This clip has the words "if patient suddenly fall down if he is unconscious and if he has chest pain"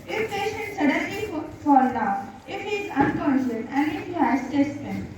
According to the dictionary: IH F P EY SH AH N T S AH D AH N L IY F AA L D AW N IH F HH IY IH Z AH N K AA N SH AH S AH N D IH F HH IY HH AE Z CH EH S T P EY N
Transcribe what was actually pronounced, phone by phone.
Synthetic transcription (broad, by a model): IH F P EY SH AH N T S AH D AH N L IY F AA L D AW IH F HH IY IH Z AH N K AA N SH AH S AH N D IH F HH IY HH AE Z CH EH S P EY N